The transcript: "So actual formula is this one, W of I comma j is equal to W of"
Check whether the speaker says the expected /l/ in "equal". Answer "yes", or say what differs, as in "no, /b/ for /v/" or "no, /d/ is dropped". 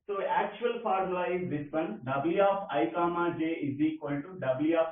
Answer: no, /n/ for /l/